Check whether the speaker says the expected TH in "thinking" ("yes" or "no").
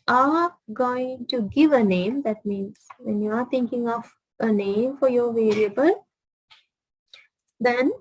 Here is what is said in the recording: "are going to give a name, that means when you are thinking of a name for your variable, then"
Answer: no